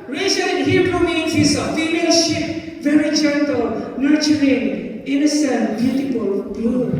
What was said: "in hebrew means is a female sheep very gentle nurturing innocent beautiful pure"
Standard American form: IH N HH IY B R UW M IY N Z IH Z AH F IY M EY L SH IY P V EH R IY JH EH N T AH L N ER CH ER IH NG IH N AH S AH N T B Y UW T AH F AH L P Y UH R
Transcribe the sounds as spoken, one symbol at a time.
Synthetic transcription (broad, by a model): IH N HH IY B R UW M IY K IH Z AH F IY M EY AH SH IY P V EH R IY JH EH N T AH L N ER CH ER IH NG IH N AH S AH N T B Y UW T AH P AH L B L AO